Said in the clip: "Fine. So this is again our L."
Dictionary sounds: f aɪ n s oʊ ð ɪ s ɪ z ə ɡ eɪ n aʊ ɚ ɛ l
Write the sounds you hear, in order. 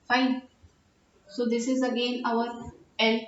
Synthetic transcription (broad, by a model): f aɪ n s oʊ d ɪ s ɪ z ə ɡ eɪ n aʊ ɚ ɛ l